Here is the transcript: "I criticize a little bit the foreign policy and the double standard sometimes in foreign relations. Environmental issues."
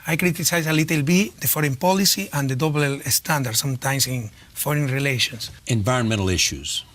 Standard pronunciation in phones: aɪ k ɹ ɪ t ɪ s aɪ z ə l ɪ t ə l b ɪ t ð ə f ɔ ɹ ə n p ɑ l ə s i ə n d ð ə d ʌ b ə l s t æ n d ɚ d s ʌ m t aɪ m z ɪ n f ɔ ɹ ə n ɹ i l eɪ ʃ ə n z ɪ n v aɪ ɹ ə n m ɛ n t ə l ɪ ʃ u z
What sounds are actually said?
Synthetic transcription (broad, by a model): aɪ k ɹ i t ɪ s aɪ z ə l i t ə l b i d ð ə f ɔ ɹ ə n p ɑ l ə s i ə n d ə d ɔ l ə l s t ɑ n d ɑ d s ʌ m t aɪ m s ɪ n f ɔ ɹ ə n ɹ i l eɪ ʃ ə n s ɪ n v aɪ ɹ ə n m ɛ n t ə l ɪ ʃ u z